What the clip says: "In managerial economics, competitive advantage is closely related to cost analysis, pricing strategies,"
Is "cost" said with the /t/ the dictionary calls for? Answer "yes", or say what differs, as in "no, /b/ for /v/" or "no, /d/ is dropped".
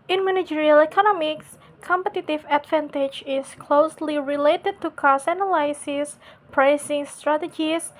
no, /t/ is dropped